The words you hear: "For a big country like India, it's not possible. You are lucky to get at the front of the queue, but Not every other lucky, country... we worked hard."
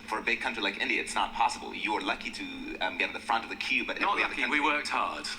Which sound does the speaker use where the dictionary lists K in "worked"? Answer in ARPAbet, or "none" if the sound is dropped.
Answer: K